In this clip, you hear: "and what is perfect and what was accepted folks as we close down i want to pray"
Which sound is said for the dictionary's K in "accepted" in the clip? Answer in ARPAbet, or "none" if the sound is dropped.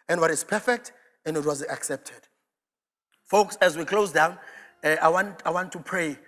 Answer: K